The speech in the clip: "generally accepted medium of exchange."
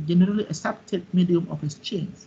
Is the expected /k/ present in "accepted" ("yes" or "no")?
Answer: no